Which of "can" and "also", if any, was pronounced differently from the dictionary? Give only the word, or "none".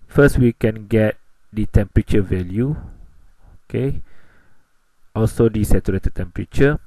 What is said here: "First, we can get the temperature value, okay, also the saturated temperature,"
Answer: none